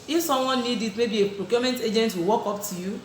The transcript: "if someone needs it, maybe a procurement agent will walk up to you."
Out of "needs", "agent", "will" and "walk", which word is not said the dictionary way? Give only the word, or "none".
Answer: needs